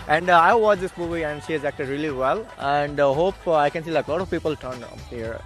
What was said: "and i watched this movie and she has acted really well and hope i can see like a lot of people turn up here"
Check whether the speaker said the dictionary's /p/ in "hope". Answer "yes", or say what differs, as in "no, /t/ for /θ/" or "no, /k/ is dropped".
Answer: yes